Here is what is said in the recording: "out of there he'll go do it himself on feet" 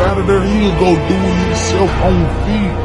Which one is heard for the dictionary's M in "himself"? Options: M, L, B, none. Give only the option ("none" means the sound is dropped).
none